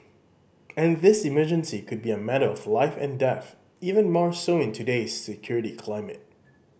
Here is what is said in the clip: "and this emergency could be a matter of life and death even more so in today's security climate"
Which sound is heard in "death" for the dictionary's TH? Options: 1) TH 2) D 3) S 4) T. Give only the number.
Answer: 1